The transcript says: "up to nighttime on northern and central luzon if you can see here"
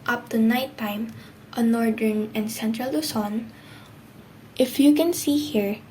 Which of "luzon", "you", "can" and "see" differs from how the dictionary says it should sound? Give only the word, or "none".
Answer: luzon